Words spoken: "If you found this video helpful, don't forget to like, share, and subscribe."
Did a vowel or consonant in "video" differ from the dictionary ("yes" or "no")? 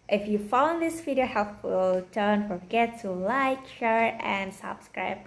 yes